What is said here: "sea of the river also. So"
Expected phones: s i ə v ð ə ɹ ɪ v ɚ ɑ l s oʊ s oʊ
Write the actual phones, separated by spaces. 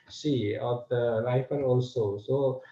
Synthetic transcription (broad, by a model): s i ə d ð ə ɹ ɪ f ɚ ɑ l s oʊ s oʊ